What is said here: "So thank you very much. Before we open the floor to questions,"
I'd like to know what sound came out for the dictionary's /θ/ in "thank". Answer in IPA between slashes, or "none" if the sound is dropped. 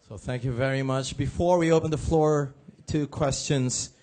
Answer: /θ/